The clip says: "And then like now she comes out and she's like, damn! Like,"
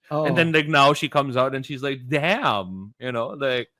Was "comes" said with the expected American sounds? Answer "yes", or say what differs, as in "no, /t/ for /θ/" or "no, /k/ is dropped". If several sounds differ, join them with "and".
yes